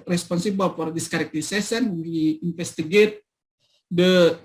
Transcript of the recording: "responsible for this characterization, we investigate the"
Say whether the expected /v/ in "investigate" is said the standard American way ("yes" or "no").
no